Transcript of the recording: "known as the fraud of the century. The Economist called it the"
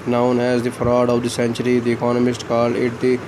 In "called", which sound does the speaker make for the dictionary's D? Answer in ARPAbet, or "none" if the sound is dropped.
none